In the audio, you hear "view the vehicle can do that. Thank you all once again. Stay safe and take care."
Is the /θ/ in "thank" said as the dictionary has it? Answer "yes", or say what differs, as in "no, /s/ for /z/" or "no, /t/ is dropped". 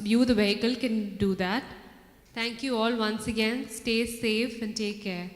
no, /t/ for /θ/